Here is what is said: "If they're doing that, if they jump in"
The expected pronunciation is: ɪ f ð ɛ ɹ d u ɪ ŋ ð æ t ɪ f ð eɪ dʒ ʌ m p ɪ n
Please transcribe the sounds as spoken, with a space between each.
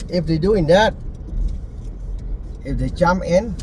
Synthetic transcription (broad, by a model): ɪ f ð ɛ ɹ d u ɪ ŋ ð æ t ɪ f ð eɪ tʃ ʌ m ɪ n